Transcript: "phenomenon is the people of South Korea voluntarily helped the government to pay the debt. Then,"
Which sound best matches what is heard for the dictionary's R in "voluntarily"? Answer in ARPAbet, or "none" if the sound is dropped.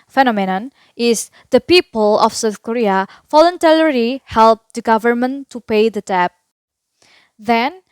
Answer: L